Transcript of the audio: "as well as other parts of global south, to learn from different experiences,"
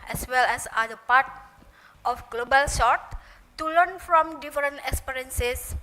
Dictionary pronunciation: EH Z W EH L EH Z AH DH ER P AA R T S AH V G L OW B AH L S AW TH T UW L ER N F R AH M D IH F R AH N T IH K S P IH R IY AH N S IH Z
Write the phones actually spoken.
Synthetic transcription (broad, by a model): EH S W EH L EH S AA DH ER P AA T AH F G L OW B AH L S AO T UW L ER N F R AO M D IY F R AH N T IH K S P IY R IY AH N S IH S